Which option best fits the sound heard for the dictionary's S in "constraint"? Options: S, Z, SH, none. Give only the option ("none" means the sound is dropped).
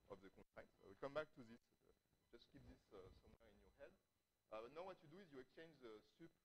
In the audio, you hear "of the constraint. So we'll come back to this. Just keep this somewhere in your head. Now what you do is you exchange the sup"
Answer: none